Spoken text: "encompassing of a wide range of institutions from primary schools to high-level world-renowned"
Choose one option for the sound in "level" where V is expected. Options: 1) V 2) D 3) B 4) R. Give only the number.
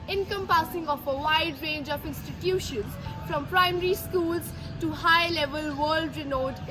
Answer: 1